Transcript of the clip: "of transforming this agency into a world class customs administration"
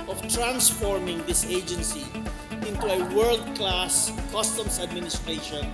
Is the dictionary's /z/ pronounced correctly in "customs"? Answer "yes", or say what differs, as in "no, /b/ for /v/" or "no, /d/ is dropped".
no, /s/ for /z/